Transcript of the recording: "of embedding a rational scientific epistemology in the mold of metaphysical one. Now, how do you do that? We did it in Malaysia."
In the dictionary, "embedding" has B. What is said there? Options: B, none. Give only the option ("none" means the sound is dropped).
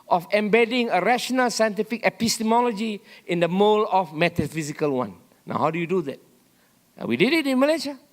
B